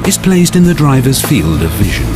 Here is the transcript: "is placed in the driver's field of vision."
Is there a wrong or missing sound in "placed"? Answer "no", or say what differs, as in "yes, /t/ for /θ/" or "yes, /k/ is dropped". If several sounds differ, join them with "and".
no